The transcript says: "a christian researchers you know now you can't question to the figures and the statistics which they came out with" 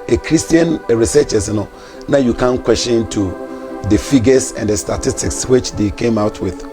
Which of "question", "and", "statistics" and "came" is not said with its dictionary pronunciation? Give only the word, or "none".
question